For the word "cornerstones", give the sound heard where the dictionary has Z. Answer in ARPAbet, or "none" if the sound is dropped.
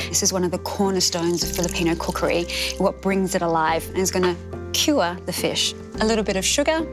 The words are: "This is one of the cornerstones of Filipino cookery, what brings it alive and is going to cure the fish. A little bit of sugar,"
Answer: Z